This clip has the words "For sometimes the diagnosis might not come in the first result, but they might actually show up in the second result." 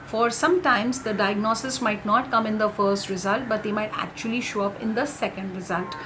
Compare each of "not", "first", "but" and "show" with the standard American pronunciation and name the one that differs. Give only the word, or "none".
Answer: none